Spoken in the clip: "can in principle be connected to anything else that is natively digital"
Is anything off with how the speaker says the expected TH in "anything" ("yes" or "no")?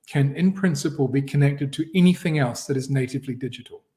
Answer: no